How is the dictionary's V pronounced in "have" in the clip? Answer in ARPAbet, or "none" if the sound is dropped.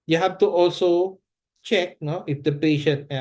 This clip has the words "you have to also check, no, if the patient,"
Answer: F